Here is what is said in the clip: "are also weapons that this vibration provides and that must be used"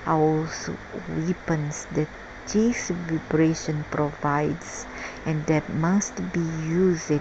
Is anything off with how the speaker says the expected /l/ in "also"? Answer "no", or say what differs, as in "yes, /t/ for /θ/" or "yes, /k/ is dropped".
yes, /w/ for /l/